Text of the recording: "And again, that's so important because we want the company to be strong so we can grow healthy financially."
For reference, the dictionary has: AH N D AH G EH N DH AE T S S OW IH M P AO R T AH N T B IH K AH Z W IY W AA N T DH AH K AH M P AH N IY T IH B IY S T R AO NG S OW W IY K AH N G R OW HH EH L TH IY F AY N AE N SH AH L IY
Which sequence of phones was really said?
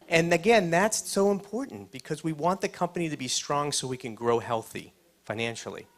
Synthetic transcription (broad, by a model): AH N AH G EH N DH AE T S S OW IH M P AO R T N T B IH K AH Z W IY W AA N DH AH K AH M P AH N IY T IH B IY S T R AO NG S OW W IY K AH N G R OW HH EH L TH IY F AY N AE N SH L IY